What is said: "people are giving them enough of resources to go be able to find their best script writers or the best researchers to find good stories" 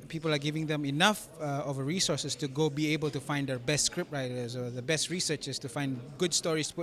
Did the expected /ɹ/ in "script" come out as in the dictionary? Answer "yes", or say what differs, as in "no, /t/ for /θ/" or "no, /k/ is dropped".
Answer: yes